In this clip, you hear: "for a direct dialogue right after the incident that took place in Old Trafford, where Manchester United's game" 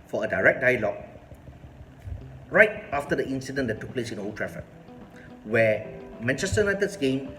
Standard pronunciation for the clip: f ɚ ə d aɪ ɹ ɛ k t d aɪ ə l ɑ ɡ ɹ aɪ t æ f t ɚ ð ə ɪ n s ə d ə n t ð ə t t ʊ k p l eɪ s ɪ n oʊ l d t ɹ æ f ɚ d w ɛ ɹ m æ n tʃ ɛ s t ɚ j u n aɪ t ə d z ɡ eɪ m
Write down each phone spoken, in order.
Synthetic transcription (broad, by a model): f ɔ ə d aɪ ɹ ɛ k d aɪ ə l ɑ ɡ ɹ aɪ t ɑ f t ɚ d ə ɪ n s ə d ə n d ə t t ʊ k p l eɪ s ɪ n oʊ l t ɹ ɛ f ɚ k w ɛ m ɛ n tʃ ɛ s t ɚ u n aɪ t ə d s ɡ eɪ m